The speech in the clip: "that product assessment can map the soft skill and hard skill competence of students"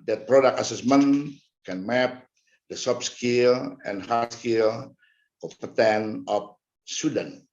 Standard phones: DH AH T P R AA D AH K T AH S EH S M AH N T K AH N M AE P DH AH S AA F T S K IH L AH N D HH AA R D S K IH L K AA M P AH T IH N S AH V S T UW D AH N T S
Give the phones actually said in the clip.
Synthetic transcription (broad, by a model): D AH T P R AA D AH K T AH S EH S M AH N K AH N M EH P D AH S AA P S K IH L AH N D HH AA S K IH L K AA P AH T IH N AH F S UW D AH N